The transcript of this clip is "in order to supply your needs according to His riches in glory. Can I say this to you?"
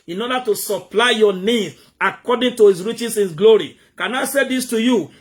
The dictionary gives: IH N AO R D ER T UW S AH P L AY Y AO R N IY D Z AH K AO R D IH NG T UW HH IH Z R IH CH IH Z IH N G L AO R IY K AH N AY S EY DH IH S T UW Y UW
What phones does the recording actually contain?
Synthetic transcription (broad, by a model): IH N AO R D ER T UW S AH P L AY Y AO N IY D AH K AO D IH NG T UW HH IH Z R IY CH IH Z IH N G L AO R IY K AH N AY S EY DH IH S T UW Y UW